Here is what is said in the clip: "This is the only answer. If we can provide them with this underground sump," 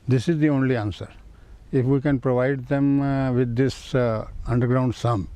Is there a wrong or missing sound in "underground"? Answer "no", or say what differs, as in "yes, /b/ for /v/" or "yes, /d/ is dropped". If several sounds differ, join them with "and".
no